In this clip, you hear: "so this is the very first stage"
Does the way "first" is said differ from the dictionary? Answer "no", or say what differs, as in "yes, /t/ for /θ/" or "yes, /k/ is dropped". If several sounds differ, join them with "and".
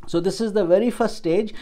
yes, /s/ is dropped